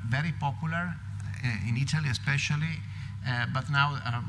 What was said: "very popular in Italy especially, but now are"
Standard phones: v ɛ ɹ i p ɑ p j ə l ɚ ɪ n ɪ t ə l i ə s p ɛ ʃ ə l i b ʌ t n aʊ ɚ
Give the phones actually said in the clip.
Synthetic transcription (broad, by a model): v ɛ ɹ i p ɑ p j ə l ɚ ɪ n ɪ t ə l i ə s p ɛ ʃ ə l i b ʌ t n aʊ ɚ